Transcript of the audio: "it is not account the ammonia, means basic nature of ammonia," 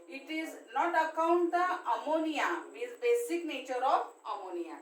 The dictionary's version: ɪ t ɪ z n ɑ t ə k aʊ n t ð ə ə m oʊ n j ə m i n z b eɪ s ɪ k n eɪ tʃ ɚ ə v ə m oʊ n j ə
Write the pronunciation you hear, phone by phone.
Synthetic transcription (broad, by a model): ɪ t ɪ z n ɑ t ə k aʊ n t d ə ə m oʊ n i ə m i z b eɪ s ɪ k n eɪ tʃ ɚ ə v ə m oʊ n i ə